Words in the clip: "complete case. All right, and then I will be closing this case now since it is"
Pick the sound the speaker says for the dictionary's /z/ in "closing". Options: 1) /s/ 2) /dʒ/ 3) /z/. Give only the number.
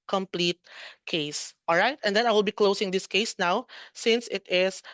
1